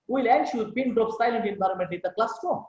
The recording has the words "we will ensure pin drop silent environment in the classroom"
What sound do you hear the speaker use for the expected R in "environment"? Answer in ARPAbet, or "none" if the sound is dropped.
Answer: R